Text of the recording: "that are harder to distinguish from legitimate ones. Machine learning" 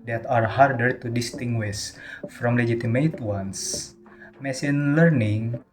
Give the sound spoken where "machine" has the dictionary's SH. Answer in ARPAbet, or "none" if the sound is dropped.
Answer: S